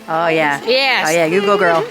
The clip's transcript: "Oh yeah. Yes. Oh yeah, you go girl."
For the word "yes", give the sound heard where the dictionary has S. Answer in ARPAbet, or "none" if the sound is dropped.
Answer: none